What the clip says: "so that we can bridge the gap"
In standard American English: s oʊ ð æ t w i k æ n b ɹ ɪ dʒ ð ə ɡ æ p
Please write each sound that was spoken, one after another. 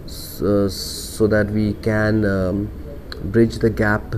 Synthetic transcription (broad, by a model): s oʊ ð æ t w i k æ n b ɹ ɪ dʒ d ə ɡ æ p